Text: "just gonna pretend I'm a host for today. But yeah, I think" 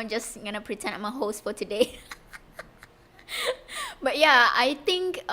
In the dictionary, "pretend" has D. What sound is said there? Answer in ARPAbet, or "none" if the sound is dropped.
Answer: none